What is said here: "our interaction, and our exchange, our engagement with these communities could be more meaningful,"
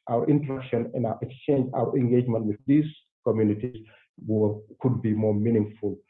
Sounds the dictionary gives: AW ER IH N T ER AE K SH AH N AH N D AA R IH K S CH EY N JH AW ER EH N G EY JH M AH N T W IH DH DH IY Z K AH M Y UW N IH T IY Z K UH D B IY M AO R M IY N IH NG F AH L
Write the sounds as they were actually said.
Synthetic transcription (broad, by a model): AW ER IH N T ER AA K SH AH N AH N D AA W IH K S CH EY N JH AW ER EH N G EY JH M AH N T W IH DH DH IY S K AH M Y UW N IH T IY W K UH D B IY M AO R M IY N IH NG F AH L